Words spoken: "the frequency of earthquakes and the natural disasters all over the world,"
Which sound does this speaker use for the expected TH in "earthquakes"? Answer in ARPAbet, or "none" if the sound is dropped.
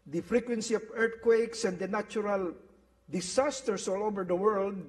T